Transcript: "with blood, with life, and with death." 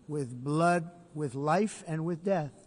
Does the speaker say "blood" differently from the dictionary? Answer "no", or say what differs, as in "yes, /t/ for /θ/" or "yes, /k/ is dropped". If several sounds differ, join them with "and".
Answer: no